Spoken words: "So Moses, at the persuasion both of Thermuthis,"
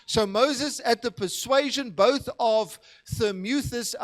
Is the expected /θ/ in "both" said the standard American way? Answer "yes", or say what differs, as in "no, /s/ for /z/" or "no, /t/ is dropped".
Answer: yes